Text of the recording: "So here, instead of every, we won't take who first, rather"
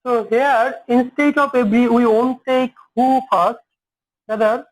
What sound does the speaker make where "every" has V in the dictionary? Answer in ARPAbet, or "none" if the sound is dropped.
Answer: B